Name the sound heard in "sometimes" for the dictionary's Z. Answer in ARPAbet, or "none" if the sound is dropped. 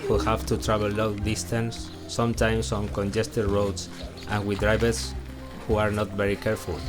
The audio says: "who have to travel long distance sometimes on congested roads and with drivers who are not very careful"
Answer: S